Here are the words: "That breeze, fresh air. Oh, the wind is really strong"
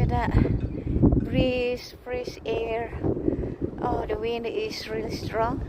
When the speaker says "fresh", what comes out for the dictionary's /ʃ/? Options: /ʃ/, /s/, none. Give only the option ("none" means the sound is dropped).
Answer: /s/